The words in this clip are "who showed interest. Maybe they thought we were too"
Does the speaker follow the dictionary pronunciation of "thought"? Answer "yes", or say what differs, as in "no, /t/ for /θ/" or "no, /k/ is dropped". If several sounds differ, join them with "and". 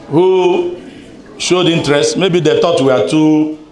no, /t/ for /θ/